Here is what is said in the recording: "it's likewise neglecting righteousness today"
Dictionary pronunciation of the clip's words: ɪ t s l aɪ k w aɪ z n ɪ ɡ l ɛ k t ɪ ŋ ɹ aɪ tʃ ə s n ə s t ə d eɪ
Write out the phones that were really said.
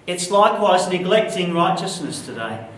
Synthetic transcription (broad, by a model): ɪ t s l aɪ k w aɪ z n ɪ ɡ l ɛ k t ɪ ŋ ɹ aɪ tʃ ə s n ə s t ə d eɪ